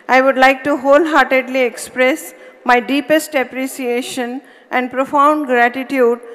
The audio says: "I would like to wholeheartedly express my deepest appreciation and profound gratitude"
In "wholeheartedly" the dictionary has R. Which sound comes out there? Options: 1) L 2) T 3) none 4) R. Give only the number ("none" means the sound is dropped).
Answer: 4